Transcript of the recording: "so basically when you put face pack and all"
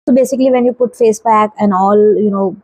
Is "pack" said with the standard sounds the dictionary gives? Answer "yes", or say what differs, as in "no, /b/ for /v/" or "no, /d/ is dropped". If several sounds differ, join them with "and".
no, /b/ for /p/